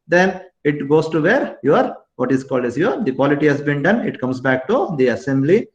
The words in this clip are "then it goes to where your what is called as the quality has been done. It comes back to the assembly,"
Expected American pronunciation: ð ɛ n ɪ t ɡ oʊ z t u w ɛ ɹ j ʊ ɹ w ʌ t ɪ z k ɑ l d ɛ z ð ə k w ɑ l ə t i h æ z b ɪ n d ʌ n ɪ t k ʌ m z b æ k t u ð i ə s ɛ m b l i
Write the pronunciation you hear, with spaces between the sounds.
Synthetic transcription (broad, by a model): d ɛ n ɪ t ɡ oʊ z t u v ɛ ɹ j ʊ ɹ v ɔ t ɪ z k ɑ l d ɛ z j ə k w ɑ l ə t i h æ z b ɪ n d ʌ n ɪ t k ʌ m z b æ k t u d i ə s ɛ m b l i